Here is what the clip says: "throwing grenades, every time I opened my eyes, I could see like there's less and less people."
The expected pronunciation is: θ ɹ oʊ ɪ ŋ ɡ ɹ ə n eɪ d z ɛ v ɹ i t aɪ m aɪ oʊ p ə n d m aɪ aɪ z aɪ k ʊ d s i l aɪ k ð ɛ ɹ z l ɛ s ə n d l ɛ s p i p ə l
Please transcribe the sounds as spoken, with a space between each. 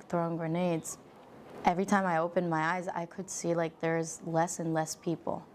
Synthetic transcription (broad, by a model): θ ɹ oʊ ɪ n ɡ ɹ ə n eɪ d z ɛ v ɹ i t aɪ m aɪ oʊ p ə n m aɪ aɪ z aɪ k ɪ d s i l aɪ k ð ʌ ɹ z l ɛ s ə n l ɛ s p i p l